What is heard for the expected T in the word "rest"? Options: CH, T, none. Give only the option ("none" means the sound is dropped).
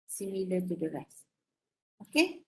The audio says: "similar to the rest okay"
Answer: none